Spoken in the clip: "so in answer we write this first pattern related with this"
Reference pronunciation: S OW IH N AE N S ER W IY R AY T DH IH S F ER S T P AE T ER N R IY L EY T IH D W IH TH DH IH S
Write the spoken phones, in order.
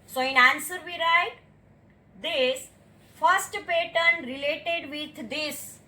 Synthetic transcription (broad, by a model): S OW IH N AE N S ER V IY R AY T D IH S F ER S T P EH T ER N R IY L EY T IH D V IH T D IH S